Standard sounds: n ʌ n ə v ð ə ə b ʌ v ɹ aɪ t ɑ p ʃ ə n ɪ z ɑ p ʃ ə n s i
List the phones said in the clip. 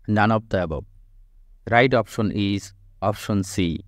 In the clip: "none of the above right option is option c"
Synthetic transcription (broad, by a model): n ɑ n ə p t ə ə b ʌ b ɹ aɪ t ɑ p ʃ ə n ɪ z ɑ p ʃ ə n s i